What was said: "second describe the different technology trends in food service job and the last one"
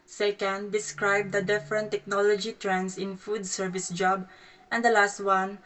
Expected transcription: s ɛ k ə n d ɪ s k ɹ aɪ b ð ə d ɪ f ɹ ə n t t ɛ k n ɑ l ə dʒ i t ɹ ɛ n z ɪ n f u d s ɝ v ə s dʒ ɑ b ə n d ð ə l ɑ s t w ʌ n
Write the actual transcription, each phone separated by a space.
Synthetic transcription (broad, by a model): s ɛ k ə n d ɪ s k ɹ aɪ b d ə d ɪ f ɹ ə n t t ɛ k n ɑ l ə dʒ i t ɹ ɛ n s ɪ n f u d s ɝ v ə s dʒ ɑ b ə n d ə l ɑ s t w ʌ n